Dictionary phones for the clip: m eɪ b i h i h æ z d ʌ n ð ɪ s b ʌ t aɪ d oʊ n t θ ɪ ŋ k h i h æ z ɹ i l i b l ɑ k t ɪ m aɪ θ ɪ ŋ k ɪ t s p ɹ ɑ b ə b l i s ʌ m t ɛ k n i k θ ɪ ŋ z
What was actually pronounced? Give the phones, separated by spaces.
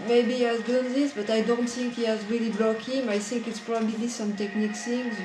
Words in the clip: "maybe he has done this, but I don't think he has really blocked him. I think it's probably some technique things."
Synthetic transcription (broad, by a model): m eɪ b i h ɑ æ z d ʌ n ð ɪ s b ʌ t aɪ d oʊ n t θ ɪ ŋ k h i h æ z ɹ i l i b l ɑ k ɪ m aɪ θ ɪ ŋ k ɪ t s p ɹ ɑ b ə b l i s ʌ m t ɛ k n i k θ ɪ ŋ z